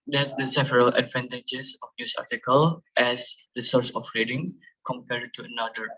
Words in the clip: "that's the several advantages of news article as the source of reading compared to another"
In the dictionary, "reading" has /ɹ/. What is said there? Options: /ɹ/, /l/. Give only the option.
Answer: /ɹ/